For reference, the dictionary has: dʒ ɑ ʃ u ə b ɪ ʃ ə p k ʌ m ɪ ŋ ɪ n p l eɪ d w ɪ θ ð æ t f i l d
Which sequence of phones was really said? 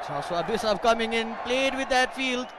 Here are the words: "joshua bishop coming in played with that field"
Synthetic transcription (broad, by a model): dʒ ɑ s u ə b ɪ s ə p k ʌ m ɪ ŋ ɪ n p l eɪ d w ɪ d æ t f i l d